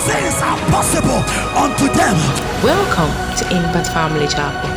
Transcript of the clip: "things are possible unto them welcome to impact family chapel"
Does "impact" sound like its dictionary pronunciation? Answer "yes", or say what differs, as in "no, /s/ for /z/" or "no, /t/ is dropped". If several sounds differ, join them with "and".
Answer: no, /b/ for /p/ and /k/ is dropped